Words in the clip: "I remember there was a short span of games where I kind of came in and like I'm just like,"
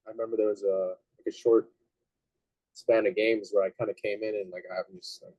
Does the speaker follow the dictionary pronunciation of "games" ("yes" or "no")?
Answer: yes